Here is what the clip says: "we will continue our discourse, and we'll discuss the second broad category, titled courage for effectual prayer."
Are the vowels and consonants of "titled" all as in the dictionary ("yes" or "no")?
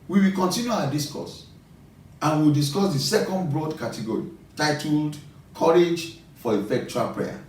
yes